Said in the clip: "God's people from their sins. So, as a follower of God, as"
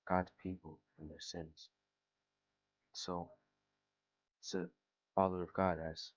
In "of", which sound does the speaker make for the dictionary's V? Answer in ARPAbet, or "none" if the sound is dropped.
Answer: V